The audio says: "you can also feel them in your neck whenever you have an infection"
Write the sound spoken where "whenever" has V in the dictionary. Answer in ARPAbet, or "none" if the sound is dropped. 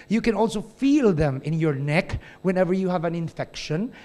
V